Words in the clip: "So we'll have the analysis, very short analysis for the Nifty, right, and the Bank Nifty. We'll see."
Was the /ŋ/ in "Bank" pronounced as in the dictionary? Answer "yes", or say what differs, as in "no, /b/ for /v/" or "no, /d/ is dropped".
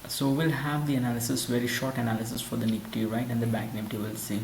no, /ŋ/ is dropped